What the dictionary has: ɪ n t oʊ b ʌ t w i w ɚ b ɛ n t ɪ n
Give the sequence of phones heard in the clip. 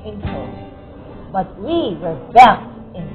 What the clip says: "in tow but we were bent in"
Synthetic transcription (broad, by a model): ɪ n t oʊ b ʌ t w i w ɚ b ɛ t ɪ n